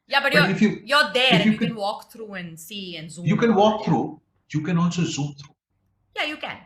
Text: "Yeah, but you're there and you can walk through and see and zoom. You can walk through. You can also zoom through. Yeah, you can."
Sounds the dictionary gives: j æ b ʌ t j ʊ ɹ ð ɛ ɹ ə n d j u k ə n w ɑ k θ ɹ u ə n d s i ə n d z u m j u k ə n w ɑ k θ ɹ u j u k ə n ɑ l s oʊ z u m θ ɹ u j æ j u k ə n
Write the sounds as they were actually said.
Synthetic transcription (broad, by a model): j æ b ʌ t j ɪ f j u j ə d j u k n w ɑ k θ ɹ u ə n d s i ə n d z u j u k ə n w ɑ k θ ɹ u j u k ə n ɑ n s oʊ z u m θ ɹ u j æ j u k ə n